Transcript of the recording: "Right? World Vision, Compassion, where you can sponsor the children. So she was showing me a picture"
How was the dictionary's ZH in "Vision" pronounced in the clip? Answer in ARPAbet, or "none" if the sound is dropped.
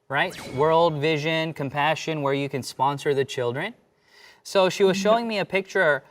ZH